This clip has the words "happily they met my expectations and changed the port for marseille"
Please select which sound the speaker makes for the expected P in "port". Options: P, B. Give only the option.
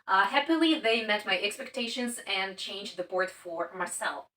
B